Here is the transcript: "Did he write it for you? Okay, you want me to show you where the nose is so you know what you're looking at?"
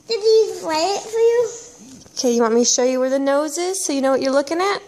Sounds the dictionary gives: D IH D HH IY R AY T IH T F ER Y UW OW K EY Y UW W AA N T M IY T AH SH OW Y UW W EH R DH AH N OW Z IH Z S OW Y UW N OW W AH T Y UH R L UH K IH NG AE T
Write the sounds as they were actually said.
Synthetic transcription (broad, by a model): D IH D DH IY L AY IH IH T F ER Y UW OW K EY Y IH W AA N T M IY SH OW Y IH W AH R DH AH N OW Z IH Z S OW Y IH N OW W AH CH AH R L UH K IH NG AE T